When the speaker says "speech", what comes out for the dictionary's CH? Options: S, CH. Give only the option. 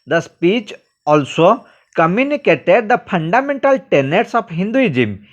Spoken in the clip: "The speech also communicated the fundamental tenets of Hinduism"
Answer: CH